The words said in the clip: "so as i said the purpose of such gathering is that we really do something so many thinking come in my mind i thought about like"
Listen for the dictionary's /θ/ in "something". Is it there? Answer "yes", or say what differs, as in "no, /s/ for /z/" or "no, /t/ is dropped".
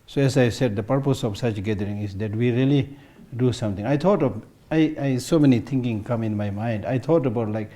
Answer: no, /t/ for /θ/